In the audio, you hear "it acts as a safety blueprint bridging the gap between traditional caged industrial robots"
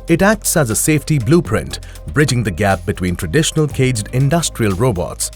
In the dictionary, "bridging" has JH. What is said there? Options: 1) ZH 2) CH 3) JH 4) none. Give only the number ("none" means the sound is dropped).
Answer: 3